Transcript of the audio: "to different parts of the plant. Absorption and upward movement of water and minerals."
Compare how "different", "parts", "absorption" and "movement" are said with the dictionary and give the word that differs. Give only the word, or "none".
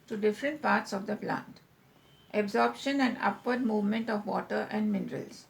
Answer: none